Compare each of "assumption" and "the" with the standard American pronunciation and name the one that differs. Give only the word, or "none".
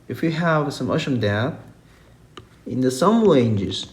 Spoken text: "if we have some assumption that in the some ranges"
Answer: assumption